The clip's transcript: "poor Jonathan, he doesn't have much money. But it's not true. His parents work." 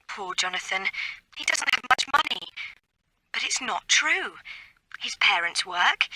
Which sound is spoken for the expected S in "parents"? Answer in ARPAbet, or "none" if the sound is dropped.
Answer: S